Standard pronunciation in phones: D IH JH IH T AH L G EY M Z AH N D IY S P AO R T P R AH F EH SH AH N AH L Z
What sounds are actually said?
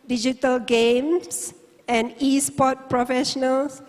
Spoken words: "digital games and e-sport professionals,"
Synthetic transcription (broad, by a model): D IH JH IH T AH L G EY M S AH N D IY S P AO T P R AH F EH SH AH N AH L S